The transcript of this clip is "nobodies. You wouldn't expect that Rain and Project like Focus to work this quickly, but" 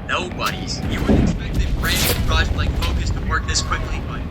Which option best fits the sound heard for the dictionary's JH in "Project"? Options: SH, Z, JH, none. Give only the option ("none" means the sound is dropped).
none